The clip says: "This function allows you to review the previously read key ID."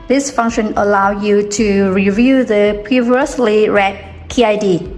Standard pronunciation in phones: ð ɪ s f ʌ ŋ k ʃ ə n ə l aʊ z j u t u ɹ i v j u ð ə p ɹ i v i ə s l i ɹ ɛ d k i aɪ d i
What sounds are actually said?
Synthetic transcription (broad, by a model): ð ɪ s f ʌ ŋ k ʃ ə n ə l aʊ j u t u ɹ i v j u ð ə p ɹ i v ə s l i ɹ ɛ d k i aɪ d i